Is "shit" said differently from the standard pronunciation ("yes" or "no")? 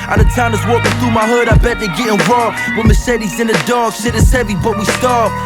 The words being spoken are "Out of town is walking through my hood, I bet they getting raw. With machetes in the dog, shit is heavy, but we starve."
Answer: yes